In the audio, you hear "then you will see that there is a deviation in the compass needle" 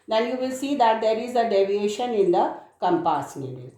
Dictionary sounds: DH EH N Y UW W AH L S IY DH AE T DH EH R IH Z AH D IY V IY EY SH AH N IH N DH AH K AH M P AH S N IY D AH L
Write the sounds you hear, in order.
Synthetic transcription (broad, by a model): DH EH N Y UW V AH L S IY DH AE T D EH R IH Z AH D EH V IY EY SH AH N IH N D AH K AH M P AH S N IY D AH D